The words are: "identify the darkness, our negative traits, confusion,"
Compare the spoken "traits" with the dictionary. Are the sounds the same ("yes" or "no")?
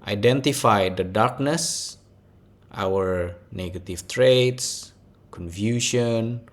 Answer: yes